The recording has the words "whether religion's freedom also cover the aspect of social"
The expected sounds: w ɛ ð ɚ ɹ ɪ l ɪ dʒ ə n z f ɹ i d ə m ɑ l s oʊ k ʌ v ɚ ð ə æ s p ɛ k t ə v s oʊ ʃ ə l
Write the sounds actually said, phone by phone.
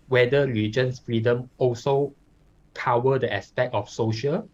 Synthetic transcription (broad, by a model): w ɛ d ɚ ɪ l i dʒ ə n s f ɹ i d ə m ɑ l s oʊ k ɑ w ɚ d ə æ s p ɛ k t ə f s oʊ ʃ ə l